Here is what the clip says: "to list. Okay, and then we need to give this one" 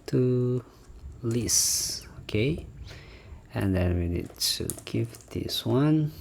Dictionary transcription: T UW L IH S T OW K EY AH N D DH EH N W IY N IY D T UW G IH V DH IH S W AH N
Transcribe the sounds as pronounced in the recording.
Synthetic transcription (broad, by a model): T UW L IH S OW K EY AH N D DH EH N W IY N IY D T UW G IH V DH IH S W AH N